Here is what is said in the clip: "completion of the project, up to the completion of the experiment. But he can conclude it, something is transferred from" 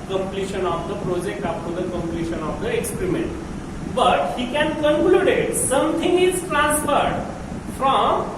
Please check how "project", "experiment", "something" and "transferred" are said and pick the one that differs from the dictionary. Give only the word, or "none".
something